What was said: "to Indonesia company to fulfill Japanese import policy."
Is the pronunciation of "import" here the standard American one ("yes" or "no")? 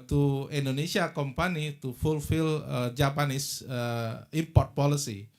yes